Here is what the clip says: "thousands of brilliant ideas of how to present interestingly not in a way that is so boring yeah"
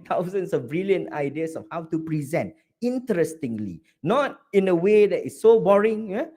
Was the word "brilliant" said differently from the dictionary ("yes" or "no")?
yes